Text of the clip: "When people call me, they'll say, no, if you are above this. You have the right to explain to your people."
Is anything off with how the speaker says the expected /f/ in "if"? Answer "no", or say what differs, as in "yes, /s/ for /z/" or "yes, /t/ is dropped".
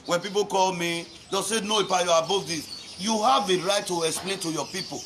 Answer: yes, /p/ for /f/